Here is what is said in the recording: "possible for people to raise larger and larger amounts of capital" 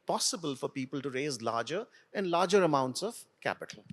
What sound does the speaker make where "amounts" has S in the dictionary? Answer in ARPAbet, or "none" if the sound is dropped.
S